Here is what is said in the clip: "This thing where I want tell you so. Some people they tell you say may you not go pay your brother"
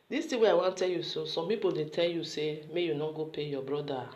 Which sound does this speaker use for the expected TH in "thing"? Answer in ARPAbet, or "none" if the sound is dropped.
T